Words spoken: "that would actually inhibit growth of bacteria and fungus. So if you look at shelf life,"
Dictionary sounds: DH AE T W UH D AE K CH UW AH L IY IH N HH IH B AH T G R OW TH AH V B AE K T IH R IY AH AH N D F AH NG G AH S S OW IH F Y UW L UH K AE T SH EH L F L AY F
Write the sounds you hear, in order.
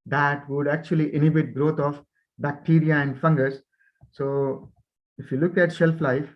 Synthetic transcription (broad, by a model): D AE T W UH D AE K CH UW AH L IY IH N HH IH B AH T G R OW T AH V B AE K T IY R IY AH AH N D F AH NG G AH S S OW IH F Y UW L UH K AE T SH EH L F L AY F